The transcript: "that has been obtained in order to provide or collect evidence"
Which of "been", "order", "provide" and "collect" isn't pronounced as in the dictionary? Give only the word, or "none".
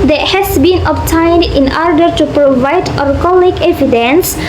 collect